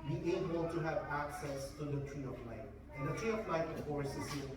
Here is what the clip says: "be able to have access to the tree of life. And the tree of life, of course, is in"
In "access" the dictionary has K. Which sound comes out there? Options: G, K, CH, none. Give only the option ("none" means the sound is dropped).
K